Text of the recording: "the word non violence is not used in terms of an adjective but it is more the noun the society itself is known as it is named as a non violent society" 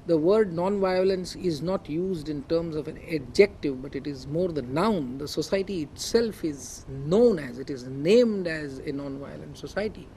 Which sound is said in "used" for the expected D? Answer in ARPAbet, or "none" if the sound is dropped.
D